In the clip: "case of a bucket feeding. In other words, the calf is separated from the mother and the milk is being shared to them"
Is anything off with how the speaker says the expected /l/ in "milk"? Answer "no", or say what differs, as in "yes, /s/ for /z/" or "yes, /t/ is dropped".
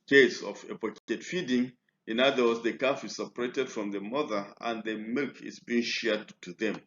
no